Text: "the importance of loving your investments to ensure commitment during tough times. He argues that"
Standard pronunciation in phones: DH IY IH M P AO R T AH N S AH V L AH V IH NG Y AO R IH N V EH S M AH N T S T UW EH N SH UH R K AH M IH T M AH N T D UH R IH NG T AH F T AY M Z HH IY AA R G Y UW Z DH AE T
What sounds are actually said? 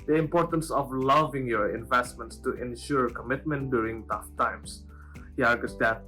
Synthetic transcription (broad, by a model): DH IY IH M P AO R T AH N S AH V L AH V IH NG Y AO R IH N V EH S M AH N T S T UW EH N SH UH R K AH M IH T M AH N T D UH R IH NG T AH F T AY M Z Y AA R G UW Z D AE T